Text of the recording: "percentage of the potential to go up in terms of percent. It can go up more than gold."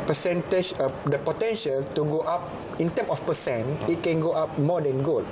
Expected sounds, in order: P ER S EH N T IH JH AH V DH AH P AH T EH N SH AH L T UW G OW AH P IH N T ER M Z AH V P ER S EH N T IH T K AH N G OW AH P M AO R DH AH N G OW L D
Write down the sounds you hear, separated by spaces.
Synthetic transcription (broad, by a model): P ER S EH N T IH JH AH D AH P AH T EH N SH AH L T UW G OW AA P IH N T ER M AH F P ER S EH N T IH T K AH N G OW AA P M AO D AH N G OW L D